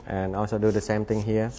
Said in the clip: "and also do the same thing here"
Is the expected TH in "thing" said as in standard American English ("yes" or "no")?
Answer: no